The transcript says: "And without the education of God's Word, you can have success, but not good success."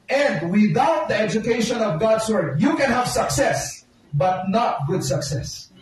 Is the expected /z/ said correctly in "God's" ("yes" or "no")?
no